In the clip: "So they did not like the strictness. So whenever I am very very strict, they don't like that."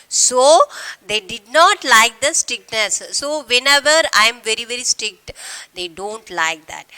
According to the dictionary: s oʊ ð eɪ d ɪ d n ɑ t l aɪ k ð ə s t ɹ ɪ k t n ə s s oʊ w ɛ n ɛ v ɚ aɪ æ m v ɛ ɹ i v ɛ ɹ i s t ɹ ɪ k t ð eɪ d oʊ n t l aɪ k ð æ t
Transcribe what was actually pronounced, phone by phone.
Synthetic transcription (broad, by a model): s oʊ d eɪ d ɪ d n ɑ t l aɪ k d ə s t ɹ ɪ k n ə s s oʊ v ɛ n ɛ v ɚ aɪ m v ɛ ɹ i v ɛ ɹ i s t ɹ ɪ k t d eɪ d oʊ n t l aɪ k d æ t